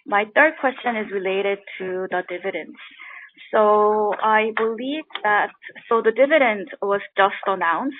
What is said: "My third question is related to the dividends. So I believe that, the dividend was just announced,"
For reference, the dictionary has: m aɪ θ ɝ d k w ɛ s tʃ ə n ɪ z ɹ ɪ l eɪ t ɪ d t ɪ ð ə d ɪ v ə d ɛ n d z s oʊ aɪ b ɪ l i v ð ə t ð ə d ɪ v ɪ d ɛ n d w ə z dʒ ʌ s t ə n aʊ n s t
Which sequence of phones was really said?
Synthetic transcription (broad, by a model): m aɪ θ ɝ d k w ɛ s tʃ ə n ɪ z ɹ ɪ l eɪ t ɪ d t ɪ ð ə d ɪ v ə d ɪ n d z s oʊ aɪ b ɪ l i v ð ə t ð ə d ɪ v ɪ d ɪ n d w ə z dʒ ʌ s t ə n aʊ n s